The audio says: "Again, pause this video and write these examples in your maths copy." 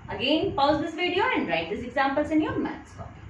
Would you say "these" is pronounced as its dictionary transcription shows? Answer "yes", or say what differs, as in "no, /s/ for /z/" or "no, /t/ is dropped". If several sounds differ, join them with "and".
no, /s/ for /z/